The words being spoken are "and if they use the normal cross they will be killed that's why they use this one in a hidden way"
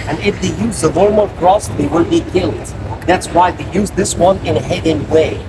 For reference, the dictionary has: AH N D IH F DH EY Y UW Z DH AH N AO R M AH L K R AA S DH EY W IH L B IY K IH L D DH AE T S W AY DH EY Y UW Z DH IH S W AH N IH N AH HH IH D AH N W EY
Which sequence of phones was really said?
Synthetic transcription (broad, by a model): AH N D IH F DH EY Y UW Z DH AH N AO R M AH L K R AA S DH EY W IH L B IY K IH L D DH AE T S W AY DH EY Y UW Z DH IH S W AH N IH N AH HH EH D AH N W EY